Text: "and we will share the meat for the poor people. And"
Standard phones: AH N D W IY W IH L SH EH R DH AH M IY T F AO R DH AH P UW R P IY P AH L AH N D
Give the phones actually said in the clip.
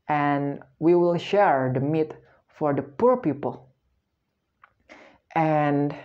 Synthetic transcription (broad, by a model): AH N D W IY W IH L SH EH R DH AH M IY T F AO R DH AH P UW R P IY P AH L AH N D